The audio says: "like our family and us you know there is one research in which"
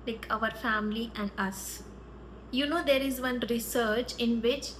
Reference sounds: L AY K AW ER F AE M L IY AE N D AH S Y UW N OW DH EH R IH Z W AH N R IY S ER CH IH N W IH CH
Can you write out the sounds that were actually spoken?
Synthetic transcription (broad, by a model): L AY K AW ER F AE M L IY AE N D AH S Y UW N OW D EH R IH Z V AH N R IY S ER CH IH N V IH CH